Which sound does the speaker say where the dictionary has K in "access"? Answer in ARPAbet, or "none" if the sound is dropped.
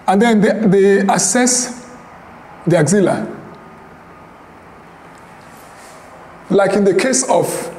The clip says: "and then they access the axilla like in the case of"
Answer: none